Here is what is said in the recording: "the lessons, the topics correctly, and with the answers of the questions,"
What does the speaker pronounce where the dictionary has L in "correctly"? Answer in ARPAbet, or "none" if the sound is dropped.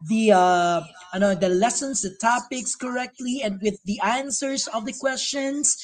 L